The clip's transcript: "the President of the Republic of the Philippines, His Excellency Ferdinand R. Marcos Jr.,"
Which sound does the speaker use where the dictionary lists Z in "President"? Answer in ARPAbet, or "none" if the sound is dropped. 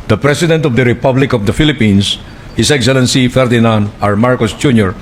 S